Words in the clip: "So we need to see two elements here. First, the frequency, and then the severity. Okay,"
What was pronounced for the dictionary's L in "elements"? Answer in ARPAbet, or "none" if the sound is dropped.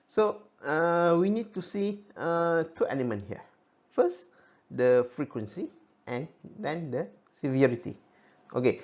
N